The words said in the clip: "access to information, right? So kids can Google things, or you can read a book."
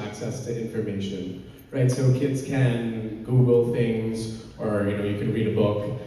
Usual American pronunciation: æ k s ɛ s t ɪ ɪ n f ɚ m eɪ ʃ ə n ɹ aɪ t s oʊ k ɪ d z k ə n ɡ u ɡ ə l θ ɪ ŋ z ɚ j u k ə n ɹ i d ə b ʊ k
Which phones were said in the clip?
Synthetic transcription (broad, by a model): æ k s ɛ s t ɪ ɪ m f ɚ m eɪ ʃ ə n ɹ aɪ t s oʊ k ɪ d z k ə n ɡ u ɡ l θ ɪ ŋ z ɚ j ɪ k ə n ɹ i d ə b ʊ k